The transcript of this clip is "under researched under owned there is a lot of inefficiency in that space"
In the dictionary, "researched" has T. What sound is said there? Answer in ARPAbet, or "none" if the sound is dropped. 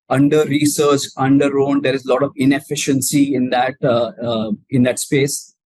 none